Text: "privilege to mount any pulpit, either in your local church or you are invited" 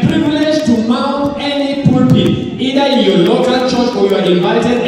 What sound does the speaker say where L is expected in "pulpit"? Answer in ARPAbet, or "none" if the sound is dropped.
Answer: none